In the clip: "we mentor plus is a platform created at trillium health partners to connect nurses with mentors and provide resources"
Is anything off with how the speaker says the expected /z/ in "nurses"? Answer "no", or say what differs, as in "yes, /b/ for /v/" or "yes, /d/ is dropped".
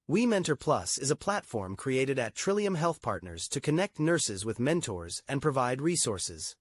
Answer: no